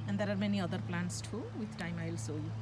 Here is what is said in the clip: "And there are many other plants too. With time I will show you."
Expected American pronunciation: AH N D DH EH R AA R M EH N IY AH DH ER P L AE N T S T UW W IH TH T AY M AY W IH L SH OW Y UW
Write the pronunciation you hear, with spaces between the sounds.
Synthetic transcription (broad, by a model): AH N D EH R AA R M EH N IY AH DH ER P L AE N T S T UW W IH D T AY M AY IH L S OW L